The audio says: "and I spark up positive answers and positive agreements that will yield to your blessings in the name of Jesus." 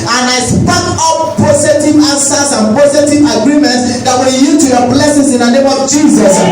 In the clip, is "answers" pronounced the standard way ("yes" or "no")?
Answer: no